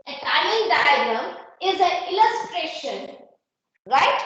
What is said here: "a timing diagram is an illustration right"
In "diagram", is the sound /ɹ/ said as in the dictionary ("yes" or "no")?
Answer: no